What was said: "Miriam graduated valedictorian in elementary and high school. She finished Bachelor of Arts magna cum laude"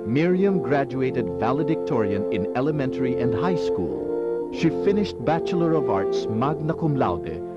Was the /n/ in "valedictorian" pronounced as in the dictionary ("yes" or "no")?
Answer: yes